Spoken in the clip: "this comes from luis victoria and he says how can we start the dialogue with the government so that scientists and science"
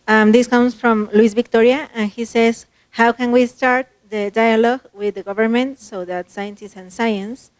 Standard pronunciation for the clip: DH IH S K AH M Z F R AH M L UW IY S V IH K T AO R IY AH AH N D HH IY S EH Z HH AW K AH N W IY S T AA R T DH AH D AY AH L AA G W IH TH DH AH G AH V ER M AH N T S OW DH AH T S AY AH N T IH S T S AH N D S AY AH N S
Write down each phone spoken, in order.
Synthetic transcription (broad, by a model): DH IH S K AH M S F R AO M L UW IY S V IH K T AO R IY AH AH N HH IY S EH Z HH AW K AH N W IY S T AA R T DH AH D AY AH L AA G W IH DH AH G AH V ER M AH N T S OW DH AH T S AY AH N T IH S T AH N S AY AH N S